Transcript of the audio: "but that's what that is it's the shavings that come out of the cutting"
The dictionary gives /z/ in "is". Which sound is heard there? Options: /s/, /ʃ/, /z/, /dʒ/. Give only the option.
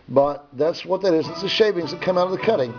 /z/